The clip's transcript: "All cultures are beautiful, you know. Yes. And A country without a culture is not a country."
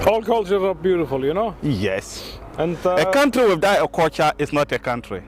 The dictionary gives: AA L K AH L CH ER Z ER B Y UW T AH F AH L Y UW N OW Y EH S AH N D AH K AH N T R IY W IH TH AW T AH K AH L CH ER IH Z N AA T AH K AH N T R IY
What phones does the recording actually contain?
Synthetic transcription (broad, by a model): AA L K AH L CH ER ER B Y UW T AH F AH L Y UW N OW Y EH S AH N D AH K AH N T R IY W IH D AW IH AH K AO CH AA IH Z N AA T AH K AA N T R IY